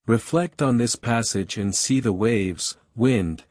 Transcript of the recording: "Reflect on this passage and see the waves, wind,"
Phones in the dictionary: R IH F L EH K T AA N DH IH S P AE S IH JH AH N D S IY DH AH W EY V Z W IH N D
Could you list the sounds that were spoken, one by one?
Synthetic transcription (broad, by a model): R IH F L EH K T N DH IH S P AE S IH JH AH N S IY DH AH W EY V Z W IH N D